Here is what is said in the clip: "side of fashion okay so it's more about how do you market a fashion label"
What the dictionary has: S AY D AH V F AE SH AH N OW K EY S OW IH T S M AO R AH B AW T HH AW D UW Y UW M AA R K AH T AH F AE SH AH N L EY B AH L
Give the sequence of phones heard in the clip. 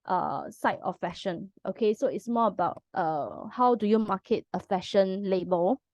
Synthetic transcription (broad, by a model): S AY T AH F F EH SH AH N OW K EY S OW IH T S M AO AH B AW T HH AW D UW Y UW M AA K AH T AH F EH SH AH N L EY B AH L